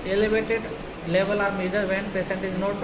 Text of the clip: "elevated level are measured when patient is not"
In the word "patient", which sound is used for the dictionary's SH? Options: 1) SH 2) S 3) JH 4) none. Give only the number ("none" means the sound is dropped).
2